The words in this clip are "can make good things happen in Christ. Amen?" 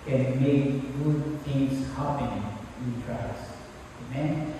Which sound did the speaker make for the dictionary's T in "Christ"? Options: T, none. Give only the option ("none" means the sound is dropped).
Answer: none